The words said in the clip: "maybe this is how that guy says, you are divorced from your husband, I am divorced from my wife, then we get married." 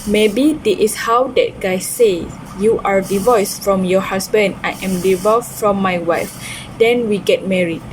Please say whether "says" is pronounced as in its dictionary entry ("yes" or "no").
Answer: no